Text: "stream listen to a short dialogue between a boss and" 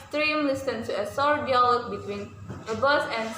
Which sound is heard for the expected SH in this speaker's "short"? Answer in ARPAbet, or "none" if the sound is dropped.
S